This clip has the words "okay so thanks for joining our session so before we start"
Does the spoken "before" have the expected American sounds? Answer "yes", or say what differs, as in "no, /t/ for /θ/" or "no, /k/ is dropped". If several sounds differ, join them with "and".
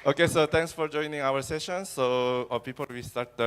no, /p/ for /f/ and /l/ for /ɹ/